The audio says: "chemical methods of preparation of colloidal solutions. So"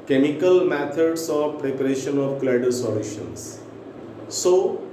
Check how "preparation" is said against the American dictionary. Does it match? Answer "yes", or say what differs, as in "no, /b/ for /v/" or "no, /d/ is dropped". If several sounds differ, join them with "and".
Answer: yes